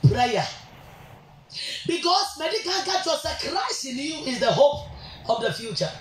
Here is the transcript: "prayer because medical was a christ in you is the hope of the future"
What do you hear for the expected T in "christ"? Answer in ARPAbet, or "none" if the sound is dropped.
none